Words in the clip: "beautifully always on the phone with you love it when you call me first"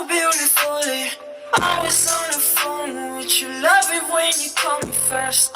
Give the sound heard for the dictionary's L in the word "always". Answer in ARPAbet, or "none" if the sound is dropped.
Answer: none